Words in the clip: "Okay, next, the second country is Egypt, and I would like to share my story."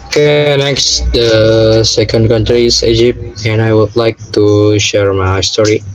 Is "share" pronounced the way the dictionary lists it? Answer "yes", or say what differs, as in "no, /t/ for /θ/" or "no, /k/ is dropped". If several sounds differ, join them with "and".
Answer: yes